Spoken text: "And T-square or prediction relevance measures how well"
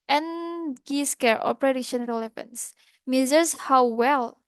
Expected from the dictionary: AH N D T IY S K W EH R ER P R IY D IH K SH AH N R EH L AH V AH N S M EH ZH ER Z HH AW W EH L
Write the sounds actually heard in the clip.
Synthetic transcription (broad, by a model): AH N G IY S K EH R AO P R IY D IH SH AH N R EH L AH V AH N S M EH Z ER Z HH AW W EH L